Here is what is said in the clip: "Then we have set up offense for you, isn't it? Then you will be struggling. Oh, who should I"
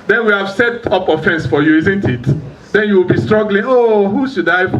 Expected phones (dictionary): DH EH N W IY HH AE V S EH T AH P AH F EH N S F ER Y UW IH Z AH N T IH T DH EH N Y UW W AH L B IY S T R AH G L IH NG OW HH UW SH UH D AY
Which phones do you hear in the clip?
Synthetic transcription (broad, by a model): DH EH N W IY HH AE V S EH T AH P AH F EH N S F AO Y UW IH Z AH N T IH T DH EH N Y UW W AH L B IY S T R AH G L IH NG OW HH UW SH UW D AY